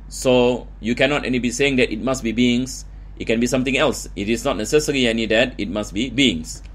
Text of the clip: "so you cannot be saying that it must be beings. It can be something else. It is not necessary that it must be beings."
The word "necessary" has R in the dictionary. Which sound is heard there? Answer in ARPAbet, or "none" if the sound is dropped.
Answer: L